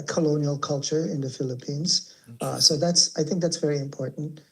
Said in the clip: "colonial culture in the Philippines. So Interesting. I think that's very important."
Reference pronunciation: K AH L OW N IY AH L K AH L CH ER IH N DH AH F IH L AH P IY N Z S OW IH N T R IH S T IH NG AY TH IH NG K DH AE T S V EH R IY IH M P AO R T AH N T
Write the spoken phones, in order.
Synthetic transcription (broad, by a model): K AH L OW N IY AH L K AH L CH ER IH N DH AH F IH L AH P IY N Z S OW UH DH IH T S AY TH IH NG K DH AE T S V EH R IY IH M P AO R T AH N T